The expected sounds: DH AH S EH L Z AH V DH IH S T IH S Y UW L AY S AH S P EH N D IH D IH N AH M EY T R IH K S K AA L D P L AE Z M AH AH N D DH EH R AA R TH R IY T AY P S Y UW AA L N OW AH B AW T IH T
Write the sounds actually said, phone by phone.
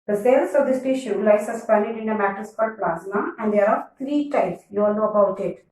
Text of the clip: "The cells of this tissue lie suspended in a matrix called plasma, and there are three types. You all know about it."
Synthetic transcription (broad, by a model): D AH S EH L S AH V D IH S T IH SH Y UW L AY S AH S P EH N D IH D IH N AH M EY T IH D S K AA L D P L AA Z M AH AH N D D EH R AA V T R IY T AY P S Y UW AA L N OW AH B AW T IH T